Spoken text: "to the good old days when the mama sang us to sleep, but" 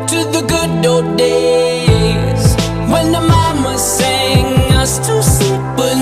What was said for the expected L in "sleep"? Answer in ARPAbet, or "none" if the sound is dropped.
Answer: none